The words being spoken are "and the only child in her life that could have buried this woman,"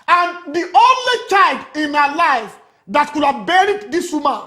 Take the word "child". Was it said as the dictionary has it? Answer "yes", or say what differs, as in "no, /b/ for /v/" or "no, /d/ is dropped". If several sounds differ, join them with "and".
yes